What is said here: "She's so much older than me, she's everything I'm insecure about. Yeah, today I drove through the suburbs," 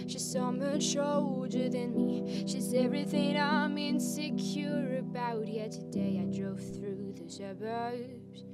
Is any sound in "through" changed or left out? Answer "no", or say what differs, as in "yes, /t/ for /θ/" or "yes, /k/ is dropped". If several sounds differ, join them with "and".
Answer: no